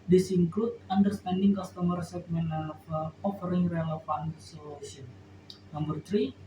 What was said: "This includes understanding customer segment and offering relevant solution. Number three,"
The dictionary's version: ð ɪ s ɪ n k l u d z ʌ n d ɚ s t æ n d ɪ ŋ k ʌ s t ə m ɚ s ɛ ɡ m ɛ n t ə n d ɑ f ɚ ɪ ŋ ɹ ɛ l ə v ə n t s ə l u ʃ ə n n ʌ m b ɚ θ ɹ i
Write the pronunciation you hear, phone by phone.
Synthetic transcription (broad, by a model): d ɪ s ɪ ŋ k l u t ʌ n d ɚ s t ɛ n d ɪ ŋ k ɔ s t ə m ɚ s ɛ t m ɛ n ə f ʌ ɑ f ɚ ɪ ŋ ɹ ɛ l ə f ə n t s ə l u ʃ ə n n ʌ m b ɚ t ɹ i